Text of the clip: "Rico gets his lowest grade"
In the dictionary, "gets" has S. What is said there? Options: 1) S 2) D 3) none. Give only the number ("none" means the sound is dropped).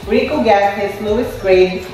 3